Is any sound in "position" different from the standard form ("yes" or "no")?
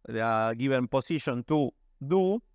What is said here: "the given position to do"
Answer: yes